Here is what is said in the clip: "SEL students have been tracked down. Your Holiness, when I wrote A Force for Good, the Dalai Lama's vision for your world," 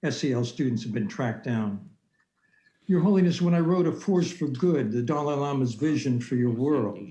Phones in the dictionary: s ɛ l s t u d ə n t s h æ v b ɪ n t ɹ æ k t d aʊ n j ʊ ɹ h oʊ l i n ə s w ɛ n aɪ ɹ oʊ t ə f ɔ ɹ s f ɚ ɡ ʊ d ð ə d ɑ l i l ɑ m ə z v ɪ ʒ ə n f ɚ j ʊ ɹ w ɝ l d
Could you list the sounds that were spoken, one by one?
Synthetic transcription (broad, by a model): s ɛ l s t u d n t s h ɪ v b ɪ n t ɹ æ k d aʊ n j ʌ ɹ h oʊ l i n ə s w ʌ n aɪ ɹ oʊ t ə f ɔ ɹ s f ɚ ɡ ʊ d ð ə d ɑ l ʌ l ɑ m ə z v ɪ ʒ ə n f ɚ j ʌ ɹ w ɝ l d